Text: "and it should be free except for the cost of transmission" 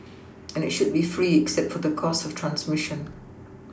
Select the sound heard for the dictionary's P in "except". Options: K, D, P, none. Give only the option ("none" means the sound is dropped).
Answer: P